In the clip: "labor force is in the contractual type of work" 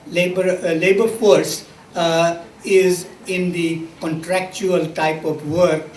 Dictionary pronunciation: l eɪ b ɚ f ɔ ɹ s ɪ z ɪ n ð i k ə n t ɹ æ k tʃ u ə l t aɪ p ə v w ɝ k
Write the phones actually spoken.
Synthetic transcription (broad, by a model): l eɪ b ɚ f ɔ ɹ s ɪ z ɪ n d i k ə n t ɹ æ k tʃ u ə l t aɪ p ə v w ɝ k